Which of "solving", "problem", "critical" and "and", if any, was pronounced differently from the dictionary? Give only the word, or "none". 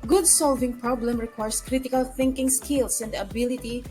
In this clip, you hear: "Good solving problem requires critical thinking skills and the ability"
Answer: none